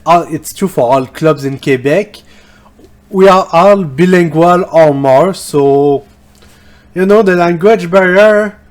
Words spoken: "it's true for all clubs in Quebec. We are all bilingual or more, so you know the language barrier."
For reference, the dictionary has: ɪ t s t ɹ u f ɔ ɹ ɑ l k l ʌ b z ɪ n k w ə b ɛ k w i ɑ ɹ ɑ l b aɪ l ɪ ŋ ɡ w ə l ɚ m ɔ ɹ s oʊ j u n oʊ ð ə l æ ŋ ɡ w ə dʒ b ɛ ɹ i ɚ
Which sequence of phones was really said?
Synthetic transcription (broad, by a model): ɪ t s t u f ɔ ɹ ɑ l k l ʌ b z ɪ n k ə b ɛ k w i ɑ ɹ ɑ l b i l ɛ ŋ ɡ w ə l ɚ m ɔ ɹ s oʊ j u n oʊ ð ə l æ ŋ ɡ w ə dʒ b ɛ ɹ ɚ